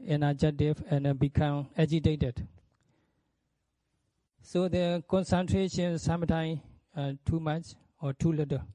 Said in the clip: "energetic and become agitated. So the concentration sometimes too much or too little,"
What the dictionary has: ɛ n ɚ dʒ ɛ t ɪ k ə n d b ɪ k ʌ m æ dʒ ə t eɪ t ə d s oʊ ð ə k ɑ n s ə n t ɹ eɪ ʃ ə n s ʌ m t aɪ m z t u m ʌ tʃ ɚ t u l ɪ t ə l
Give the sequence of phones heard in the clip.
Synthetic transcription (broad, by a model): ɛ n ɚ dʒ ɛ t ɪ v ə n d b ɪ k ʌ m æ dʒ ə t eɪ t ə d s oʊ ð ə k ɑ n s ə n t ɹ eɪ ʃ ə n s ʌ m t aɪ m t u m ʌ tʃ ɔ t u l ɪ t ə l